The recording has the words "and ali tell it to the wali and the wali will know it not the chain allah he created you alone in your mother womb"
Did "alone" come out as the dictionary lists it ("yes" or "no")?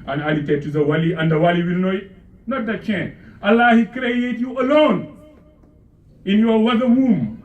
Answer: yes